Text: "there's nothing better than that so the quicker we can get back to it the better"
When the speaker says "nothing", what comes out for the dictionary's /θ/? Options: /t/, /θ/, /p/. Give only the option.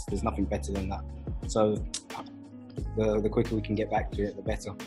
/θ/